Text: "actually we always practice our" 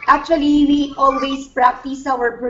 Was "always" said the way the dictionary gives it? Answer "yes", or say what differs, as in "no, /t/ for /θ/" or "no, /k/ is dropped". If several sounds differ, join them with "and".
no, /s/ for /z/